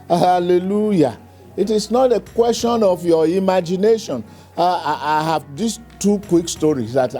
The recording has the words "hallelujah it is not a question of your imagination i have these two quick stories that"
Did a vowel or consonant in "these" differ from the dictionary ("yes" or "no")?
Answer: yes